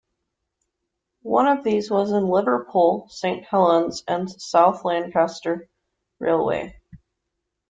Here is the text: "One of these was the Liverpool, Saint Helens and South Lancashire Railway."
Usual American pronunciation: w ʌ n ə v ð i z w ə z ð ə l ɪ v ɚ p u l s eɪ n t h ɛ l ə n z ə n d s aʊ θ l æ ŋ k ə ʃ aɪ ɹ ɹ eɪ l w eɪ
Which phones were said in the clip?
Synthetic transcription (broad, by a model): w ʌ n ə v ð i z w ə z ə l ɪ v ɚ p u l s eɪ n t h ɛ l ə n z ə n s aʊ θ l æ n k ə s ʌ ɹ ɹ eɪ l w eɪ